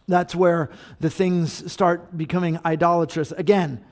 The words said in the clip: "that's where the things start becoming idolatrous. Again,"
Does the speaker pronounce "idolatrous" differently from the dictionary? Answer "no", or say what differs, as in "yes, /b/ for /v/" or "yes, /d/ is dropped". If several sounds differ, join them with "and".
no